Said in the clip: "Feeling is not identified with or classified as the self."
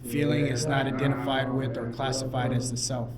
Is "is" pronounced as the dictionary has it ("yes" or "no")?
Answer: yes